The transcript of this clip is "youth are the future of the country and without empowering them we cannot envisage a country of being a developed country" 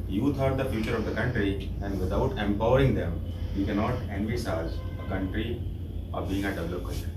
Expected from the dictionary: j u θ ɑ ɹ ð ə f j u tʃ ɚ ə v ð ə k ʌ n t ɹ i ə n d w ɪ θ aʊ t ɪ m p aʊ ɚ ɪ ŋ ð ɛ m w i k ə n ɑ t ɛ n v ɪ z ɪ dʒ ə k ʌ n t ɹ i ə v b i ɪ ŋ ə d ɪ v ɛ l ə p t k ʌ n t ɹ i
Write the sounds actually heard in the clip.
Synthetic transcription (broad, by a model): j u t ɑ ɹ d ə f j u tʃ ɚ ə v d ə k ʌ n t ɹ i ə n d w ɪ t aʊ t ɪ m p aʊ ɚ ɪ ŋ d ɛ m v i k ə n ɑ t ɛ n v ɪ s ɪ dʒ ə k ʌ n t ɹ i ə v b i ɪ ŋ ə d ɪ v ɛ l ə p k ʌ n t